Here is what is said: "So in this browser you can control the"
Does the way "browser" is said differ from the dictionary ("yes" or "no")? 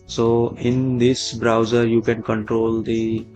no